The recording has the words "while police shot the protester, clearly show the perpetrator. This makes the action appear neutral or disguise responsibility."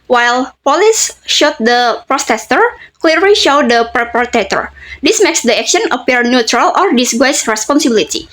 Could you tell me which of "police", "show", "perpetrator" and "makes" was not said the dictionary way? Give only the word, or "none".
perpetrator